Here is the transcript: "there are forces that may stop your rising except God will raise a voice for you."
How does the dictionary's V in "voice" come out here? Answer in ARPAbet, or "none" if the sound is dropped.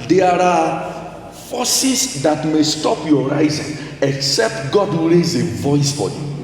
V